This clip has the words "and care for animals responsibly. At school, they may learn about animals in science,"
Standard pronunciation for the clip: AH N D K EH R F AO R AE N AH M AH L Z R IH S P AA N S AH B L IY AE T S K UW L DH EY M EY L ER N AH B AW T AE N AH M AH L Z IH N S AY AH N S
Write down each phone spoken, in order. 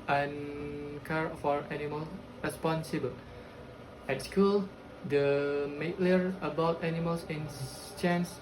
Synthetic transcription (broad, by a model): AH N K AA R F AO R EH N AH M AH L R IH S P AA N S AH B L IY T S K UW L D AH M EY L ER AH B AW T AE N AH M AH L S IH N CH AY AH N S